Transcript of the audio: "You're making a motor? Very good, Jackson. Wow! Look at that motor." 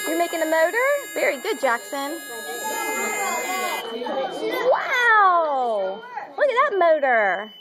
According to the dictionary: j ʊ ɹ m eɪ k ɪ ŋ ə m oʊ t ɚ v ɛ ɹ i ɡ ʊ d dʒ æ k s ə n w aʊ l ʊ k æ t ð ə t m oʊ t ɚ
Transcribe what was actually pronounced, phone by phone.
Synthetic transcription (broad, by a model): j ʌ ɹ m eɪ k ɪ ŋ ə m oʊ t ɚ v ɛ ɹ i ɡ ʊ d dʒ æ k s ə n w aʊ w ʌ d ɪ ð ə t m oʊ t ɚ